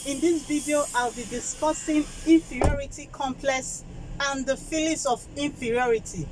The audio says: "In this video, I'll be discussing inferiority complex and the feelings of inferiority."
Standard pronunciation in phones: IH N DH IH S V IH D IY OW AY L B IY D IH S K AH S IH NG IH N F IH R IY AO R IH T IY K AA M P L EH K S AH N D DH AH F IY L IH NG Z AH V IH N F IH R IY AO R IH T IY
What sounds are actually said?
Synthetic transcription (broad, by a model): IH N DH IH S V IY D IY OW AY L B IY D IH S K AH S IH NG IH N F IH R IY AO R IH T IY K AA M P L EH K S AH N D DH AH F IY L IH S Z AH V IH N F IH R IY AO R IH T IY